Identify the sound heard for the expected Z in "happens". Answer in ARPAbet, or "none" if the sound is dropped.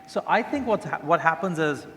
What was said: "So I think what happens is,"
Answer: Z